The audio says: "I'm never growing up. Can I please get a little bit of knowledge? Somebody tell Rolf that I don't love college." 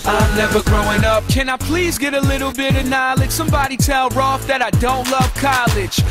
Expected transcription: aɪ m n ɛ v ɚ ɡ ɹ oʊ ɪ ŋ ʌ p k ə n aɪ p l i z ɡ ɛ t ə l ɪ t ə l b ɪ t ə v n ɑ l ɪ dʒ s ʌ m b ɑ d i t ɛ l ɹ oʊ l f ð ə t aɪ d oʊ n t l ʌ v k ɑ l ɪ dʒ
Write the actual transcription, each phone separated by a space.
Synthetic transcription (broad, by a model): aɪ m n ɛ v ɚ ɡ ɹ oʊ ɪ ŋ ʌ p k ə n aɪ p l i z ɡ ɛ t ə l ɪ t l b ɪ t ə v n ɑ l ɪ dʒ s ʌ m b ɑ d i t ɛ l ɹ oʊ f ð ə t aɪ d oʊ n t l ʌ v k ɑ l ɪ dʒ